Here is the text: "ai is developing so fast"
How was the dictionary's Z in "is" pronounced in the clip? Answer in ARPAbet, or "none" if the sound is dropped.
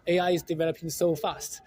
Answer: Z